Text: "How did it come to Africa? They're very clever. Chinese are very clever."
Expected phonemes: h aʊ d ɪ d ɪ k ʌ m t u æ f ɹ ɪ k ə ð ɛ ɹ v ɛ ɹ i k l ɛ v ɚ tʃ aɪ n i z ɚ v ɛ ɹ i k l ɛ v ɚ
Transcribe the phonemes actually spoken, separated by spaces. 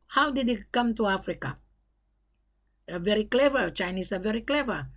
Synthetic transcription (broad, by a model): h aʊ d ɪ d ɪ k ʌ m t u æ f ɹ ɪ k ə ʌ v ɛ ɹ i k l ɛ v ɚ tʃ aɪ n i s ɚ v ɛ ɹ i k l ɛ v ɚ